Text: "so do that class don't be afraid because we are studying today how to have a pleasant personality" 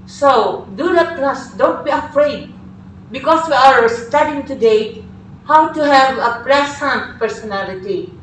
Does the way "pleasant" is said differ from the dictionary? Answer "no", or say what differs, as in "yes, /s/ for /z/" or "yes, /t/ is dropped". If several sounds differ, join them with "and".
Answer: yes, /s/ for /z/